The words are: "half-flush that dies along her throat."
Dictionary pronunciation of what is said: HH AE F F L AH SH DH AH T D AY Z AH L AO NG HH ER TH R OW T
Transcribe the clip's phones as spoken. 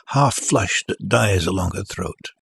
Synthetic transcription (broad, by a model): HH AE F F L AH SH DH AH T D AY Z AH L AO NG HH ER TH R OW T